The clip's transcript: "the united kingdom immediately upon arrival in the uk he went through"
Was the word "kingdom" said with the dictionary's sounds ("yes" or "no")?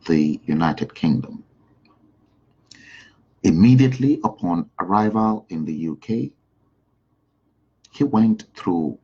yes